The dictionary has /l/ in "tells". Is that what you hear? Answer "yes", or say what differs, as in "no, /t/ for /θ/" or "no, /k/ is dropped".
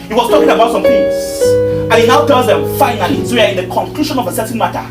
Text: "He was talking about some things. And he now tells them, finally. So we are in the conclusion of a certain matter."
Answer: no, /l/ is dropped